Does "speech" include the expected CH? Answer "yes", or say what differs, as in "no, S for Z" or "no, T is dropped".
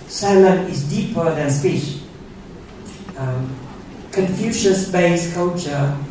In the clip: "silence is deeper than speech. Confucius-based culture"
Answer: no, SH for CH